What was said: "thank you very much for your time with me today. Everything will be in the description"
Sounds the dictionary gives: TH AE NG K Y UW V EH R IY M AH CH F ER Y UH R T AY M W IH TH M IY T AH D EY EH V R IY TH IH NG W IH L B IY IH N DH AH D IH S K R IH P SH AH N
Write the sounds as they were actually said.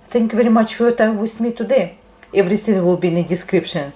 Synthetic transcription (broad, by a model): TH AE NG K Y UW V EH R IY M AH CH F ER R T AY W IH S M IY T AH D EY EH V R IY S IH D W IH L B IY IH N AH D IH S K R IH P SH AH N